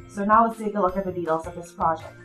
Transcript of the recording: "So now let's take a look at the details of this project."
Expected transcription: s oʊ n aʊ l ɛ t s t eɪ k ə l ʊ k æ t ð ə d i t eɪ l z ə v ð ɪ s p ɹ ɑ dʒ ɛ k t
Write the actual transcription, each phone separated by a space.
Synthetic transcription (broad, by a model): s oʊ n aʊ w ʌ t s t eɪ k ə l ʊ k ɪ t ð ə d i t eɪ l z ə v ð ɪ s p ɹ ɑ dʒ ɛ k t